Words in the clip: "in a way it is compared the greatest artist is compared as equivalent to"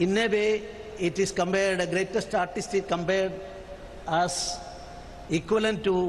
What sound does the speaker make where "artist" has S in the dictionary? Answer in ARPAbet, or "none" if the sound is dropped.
S